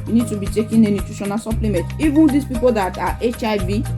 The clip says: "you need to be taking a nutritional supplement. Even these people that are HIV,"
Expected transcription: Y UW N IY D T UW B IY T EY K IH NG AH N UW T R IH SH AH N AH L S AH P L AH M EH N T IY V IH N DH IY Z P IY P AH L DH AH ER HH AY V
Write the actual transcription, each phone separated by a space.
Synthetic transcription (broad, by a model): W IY N IY D T UW B IY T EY K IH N AH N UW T UW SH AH N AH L S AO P L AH M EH N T IY V IH N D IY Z P IY P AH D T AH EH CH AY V